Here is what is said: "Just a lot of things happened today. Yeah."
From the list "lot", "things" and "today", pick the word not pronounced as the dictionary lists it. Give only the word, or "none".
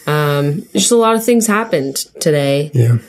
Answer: none